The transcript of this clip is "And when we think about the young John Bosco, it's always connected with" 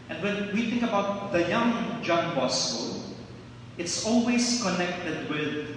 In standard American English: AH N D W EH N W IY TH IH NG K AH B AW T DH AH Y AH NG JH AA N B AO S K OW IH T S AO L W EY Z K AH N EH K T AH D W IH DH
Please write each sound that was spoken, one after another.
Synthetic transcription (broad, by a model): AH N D W EH N W IY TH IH NG K AH B AW T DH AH Y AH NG JH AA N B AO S OW IH T S AO L W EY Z K AH N EH K T AH D W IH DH